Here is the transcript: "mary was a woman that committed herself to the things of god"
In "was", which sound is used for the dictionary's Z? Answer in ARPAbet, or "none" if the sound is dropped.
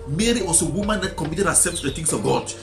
S